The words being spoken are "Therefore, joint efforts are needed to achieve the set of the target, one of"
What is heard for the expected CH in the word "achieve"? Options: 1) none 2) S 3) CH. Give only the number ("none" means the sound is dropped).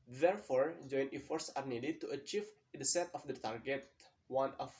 3